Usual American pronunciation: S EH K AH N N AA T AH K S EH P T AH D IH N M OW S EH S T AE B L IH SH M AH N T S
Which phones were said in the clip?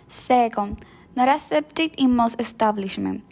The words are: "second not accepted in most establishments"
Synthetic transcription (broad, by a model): S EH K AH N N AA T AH S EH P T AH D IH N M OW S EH S T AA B L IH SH M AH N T